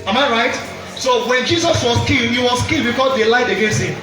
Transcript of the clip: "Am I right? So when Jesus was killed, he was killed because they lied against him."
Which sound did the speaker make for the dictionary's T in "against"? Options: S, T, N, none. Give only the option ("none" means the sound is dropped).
none